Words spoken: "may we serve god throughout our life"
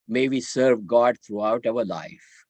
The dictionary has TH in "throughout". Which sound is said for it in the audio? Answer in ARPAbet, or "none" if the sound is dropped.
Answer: T